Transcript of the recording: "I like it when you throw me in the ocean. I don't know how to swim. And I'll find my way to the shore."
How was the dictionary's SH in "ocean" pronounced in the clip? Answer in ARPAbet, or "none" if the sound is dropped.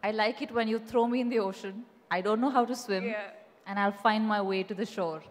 SH